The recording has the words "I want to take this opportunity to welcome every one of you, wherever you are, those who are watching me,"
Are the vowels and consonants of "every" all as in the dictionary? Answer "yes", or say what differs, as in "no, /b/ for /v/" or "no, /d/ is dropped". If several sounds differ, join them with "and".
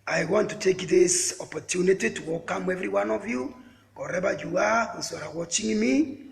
yes